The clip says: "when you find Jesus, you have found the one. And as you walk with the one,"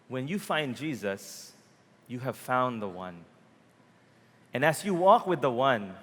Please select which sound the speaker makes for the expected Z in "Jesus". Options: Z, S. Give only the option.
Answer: Z